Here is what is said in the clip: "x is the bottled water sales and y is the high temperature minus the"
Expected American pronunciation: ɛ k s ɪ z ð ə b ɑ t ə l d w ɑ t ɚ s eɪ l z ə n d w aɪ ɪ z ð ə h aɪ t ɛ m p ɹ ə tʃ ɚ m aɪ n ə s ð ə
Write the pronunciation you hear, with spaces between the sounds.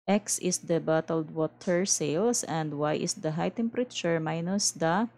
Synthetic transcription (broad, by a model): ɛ k s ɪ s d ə b ɑ t ə l d w ɑ t ɚ s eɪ l s ə n d w aɪ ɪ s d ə h aɪ t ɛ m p ɹ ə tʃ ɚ m aɪ n ə s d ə